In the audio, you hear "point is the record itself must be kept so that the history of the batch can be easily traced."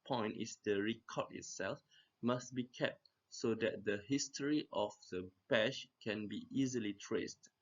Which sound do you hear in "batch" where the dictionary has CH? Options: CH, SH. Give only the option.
SH